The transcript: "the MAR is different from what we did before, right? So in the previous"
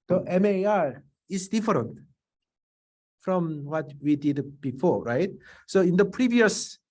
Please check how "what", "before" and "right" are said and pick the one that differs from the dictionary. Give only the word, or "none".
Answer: none